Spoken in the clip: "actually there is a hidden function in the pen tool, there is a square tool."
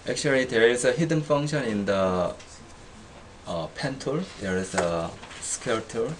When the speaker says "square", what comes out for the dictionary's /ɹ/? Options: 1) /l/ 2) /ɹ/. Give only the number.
1